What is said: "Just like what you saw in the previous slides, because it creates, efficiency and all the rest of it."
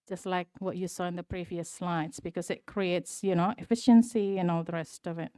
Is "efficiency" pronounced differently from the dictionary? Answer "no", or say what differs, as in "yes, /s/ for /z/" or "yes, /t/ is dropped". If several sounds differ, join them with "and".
no